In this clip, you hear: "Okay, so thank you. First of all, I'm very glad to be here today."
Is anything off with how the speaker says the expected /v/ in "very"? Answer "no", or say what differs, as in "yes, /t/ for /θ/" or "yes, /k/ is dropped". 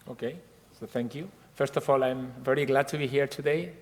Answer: no